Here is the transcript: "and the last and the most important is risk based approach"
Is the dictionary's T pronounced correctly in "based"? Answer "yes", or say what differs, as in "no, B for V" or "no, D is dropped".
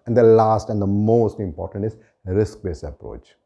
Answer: no, T is dropped